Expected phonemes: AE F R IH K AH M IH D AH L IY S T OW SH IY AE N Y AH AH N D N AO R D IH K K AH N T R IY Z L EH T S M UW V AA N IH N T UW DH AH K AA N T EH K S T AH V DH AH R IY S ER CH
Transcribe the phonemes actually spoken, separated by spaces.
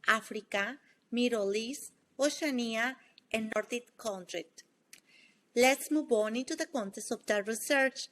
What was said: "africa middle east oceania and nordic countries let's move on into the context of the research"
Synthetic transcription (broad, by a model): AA F R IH K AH M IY D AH L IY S OW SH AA N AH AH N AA N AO R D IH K K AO N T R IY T L EH T S M UW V AA N IH N T UW DH AH K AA N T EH S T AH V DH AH R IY S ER CH